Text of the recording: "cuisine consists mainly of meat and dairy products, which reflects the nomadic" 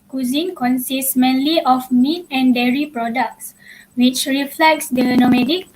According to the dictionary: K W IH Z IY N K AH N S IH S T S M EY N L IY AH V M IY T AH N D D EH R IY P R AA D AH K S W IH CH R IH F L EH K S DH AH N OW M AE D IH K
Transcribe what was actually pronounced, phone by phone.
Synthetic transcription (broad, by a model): K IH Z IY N K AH N S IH S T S M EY N L IY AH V M IY T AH N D D EH R IY P R AA D AH K S W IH CH R IH F L EH K S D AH N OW M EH D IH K